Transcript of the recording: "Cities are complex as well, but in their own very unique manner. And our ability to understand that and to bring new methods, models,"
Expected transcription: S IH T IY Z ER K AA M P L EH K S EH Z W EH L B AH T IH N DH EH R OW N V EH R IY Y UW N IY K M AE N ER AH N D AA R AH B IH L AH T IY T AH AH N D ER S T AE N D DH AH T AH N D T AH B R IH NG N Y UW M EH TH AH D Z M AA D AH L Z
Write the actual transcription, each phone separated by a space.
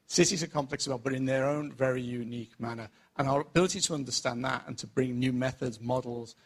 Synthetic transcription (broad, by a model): S IH T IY Z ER K AA M P L EH K S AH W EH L B AH T IH N DH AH R OW N V EH R IY Y UW N IY K M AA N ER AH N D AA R AH B IH L AH T IY T AH AH N D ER S T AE N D DH AH T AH N T AH B R IH NG N Y UW M EH TH AH D Z M AA D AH L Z